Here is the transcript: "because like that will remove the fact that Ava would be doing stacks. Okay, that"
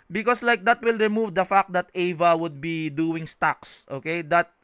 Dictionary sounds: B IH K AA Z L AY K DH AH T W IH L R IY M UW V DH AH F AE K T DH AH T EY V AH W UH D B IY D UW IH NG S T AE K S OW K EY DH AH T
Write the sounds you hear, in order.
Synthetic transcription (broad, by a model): B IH K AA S L AY K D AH T W IH L R IY M UW V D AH F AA K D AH T EY V AH W UH D B IY D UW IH NG S T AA K S OW K EY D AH T